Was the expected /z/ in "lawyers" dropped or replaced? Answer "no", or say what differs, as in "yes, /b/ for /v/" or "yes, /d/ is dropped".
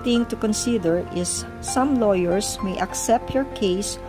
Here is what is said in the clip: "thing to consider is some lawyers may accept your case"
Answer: yes, /s/ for /z/